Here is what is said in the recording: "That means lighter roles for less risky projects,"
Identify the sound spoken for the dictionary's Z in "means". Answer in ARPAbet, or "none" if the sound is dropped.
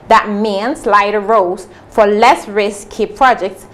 S